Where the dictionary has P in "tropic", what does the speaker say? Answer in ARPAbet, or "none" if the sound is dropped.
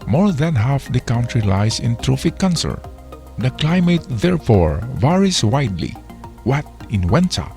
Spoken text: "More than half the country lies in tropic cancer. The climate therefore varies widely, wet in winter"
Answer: F